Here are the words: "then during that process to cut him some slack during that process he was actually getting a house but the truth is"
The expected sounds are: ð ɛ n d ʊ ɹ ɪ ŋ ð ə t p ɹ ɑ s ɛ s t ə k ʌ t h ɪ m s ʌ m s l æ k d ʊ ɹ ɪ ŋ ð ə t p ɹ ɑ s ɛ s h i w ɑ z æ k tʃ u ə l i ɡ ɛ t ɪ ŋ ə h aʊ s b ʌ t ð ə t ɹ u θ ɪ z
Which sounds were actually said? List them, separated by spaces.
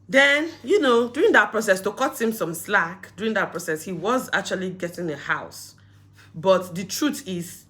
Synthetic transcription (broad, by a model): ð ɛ n d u ɹ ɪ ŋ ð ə t p ɹ ɑ s ɛ s t ə k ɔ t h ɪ m s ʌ m s l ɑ k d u ɹ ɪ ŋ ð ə t p ɹ ɑ s ɛ s h i w ɑ z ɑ k tʃ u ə l i ɡ ɛ t ɪ ŋ ə h aʊ s b ʌ t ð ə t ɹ u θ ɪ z